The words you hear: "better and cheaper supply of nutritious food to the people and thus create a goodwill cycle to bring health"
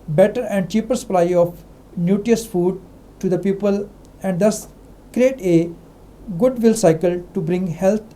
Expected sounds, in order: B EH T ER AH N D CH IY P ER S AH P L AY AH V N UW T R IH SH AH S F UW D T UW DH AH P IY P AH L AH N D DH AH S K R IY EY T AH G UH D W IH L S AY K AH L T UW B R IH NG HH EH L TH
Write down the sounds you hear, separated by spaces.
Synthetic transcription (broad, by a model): B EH T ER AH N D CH IY P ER S AH P L AY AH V N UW T IY AH S F UW D T UW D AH P IY P AH L AH N D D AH S K R IY EY T AH G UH D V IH L S AY K AH L T UW B R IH NG HH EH L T